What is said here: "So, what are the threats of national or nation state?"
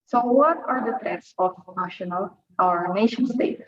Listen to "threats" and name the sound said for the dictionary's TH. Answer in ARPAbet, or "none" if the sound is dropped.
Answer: T